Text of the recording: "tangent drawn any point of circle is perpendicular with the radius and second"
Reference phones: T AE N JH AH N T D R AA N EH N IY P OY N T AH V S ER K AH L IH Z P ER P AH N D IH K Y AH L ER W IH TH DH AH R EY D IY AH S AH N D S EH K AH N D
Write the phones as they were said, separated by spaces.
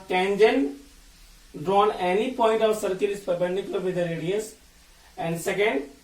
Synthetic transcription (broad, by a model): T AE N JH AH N D R AA N EH N IY P OY N T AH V S ER K AH L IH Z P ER B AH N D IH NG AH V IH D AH R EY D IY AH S AH N D S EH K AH N D